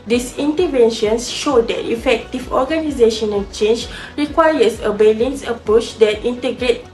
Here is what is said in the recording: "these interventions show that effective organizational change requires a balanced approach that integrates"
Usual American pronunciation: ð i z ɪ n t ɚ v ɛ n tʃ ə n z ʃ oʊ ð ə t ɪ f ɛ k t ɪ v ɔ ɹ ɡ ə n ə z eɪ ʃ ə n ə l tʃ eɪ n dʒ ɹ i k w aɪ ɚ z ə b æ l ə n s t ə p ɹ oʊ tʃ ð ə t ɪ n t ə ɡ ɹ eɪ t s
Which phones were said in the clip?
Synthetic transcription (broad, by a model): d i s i n t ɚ v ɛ n ʃ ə n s ʃ oʊ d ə t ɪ f ɛ k t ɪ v ɔ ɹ ɡ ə n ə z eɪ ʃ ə n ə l tʃ eɪ n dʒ ɹ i k w aɪ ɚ s ə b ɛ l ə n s ə p ɹ oʊ tʃ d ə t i n t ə ɡ ɹ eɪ t